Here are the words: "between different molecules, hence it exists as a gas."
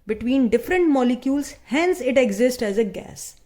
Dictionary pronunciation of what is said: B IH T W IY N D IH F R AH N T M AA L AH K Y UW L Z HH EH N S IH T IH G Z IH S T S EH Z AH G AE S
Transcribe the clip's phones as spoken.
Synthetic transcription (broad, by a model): B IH T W IY N D IH F R AH N T M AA L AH K Y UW L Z HH EH N S IH T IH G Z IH S T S EH Z AH G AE S